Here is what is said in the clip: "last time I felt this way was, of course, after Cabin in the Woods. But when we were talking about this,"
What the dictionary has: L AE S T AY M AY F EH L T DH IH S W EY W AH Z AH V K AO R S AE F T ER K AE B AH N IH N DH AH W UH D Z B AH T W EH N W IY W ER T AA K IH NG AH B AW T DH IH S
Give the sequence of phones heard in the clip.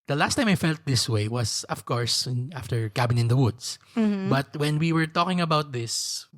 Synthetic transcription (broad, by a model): L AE S T AY M AY F EH L T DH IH S W EY W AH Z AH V K AO R S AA F T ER K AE B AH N IH N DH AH W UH D S B AH T W EH N W IY W ER T AA K IH NG AH B AW T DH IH S